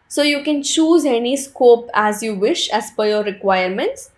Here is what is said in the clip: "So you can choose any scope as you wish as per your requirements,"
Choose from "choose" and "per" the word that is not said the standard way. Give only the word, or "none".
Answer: per